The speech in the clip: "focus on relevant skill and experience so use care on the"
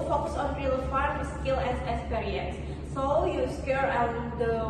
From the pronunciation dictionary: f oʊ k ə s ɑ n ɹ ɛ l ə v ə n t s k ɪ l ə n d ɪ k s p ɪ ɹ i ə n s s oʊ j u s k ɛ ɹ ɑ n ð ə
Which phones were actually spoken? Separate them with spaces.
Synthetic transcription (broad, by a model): f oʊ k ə s ɑ n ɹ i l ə ə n s k ɪ l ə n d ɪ k s p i ɹ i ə n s s oʊ j u s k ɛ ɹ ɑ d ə